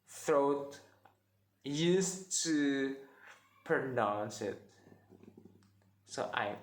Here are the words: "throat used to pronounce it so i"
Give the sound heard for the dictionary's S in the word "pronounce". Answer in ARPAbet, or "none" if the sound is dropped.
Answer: S